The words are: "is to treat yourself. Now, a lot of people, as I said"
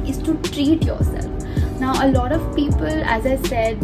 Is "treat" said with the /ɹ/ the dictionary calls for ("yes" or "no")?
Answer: yes